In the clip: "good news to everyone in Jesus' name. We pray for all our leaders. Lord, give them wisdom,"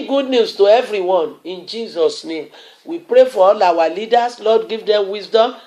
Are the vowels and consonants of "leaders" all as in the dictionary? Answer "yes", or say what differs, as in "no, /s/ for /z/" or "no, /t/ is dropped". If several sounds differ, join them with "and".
no, /s/ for /z/